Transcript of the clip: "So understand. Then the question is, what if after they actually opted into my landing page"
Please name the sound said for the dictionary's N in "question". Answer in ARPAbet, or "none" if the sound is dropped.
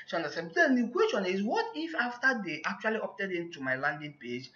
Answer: N